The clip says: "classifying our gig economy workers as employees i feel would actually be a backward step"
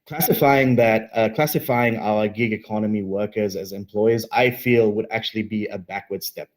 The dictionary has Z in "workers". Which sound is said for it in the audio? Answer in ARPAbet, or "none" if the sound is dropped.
Z